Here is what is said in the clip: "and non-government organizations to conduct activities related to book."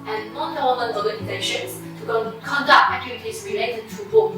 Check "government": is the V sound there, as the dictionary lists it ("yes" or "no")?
no